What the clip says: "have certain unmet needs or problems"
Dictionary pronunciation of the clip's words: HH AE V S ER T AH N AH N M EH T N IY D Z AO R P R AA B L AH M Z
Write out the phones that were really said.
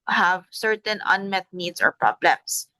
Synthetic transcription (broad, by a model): HH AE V S ER T AH N AH N M EH T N IY D S AO R P R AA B L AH M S